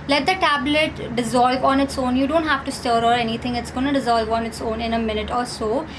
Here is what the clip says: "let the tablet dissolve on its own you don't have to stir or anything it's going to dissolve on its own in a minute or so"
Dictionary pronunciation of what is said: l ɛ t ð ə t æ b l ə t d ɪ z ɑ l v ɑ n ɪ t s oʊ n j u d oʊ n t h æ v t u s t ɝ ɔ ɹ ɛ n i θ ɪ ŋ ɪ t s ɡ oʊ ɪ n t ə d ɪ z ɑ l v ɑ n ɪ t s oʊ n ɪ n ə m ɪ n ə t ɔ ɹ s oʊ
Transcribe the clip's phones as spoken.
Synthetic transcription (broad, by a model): l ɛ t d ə t æ b l ə t d ɪ z ɑ l v ɑ n ɪ t s oʊ n j u d oʊ n t h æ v t u s t ɝ ɔ ɹ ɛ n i t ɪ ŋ ɪ t s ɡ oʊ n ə d ɪ z ɑ l v ɑ n ɪ t s oʊ n ɪ n ə m ɪ n ə t ɔ ɹ s oʊ